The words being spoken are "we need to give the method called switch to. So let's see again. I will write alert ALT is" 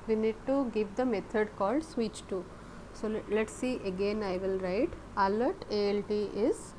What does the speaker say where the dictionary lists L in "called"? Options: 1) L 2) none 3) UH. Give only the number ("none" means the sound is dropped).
1